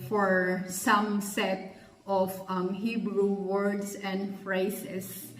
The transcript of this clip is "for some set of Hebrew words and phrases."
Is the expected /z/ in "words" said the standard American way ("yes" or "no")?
no